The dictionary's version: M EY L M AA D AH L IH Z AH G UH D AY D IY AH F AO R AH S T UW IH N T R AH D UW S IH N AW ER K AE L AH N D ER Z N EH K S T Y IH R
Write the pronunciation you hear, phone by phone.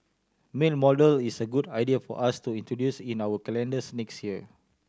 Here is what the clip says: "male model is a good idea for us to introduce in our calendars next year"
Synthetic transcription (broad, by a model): M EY N M AA D AH L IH S AH G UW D AY D IY AH F AO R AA S T UW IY N T R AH D UW S IH N AW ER K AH L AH N D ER S N EH K S T Y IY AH